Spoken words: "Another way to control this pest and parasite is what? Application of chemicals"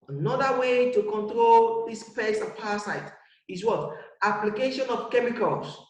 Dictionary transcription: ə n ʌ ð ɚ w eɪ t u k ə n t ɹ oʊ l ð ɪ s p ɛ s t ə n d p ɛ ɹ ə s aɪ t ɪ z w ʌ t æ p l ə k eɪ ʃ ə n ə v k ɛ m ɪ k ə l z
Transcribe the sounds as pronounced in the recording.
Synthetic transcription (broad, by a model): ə n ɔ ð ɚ w eɪ t u k ə n t ɹ oʊ l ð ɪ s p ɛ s ə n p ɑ ə s aɪ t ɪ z w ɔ t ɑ p l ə k eɪ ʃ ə n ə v k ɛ m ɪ k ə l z